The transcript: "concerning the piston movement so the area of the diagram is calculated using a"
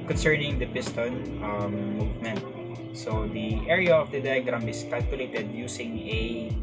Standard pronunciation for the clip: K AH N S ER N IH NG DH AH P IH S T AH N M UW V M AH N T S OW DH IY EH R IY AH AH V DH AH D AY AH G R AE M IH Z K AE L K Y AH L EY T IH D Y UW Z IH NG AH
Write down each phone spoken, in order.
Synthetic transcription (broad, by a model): K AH N S ER N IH NG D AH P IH S T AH N M UW V M AH N T S OW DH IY EH R IY AH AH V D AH D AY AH G R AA M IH S K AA L K Y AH L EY T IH D Y UW S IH NG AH